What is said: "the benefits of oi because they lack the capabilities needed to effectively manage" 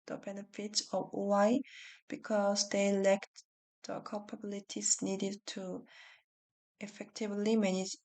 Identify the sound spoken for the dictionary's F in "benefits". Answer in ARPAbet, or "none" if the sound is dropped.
F